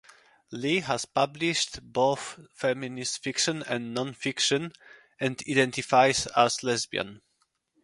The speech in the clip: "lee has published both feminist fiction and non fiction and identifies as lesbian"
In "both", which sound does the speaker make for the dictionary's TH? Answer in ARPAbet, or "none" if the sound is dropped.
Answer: TH